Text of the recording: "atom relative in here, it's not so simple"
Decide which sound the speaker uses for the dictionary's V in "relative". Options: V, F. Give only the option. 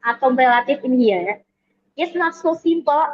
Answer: F